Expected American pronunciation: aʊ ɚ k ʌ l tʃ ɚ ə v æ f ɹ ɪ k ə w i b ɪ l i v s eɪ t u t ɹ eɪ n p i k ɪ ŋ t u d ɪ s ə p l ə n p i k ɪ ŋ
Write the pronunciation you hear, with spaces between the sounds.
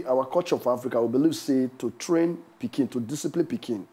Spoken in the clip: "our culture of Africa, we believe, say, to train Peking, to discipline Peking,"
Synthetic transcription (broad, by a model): aʊ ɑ k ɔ tʃ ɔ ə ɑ f ɹ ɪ k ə w i b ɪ l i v s eɪ t u t ɹ eɪ n p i k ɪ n t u d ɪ s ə p l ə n p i k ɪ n